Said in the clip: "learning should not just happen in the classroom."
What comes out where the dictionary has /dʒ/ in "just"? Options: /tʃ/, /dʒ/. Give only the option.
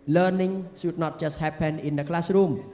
/tʃ/